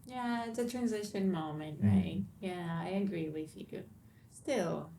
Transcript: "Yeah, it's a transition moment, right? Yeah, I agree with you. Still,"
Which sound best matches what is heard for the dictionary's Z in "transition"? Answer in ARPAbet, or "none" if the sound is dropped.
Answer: Z